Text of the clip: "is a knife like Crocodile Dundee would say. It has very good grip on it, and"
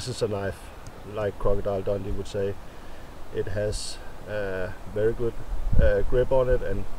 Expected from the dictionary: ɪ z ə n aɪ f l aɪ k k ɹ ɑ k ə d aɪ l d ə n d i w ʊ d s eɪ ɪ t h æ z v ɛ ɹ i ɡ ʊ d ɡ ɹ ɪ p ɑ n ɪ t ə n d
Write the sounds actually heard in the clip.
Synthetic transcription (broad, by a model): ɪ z ə n aɪ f l aɪ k k ɹ ɑ k ə d aɪ l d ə n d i w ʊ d s eɪ ɪ t h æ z v ɛ ɹ i ɡ ʊ d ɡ ɹ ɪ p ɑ n ɪ t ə n